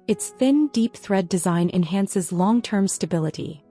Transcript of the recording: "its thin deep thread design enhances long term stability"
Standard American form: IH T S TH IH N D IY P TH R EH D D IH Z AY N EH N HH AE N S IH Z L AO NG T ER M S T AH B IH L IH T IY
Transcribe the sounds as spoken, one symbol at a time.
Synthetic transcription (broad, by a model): IH T S TH IH N D IY P TH R EH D D IH Z AY N EH N HH AE N S IH Z L AO NG T ER M S T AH B IH L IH T IY